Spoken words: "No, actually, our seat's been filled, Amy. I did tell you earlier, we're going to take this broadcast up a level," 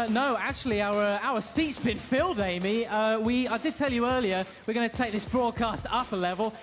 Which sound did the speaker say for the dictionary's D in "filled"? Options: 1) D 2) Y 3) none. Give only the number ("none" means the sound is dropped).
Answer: 1